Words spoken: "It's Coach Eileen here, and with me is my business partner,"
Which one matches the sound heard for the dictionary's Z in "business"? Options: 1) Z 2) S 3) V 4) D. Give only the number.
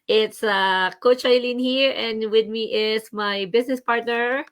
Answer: 2